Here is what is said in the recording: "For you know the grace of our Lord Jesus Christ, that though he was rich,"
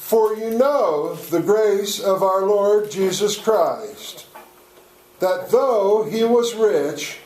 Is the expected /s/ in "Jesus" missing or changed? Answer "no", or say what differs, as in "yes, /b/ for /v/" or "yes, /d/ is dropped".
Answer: no